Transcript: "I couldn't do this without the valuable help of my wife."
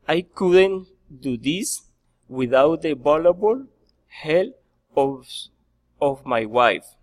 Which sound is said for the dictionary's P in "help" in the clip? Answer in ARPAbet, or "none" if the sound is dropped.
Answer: none